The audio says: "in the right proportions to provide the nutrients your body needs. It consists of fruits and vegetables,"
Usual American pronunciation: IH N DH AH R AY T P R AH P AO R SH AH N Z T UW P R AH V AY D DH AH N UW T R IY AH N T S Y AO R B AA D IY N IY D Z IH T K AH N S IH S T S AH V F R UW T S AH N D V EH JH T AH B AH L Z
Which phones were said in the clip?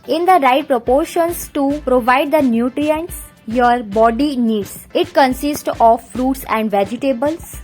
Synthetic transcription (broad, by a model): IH N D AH R AY T P R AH P AO R SH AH N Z T UW P R AH V AY D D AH N UW T R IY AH N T S Y AO R B AA D IY N IY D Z IH T K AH N S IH S T AH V F R UW T S AH N D V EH JH T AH B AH L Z